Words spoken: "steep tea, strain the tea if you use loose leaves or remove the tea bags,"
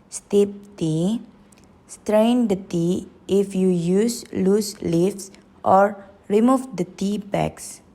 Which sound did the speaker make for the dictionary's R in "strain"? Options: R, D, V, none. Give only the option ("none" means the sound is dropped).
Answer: R